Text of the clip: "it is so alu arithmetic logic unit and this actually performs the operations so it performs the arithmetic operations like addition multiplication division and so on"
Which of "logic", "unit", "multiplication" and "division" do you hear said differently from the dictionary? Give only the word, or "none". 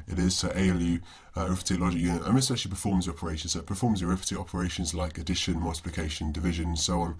none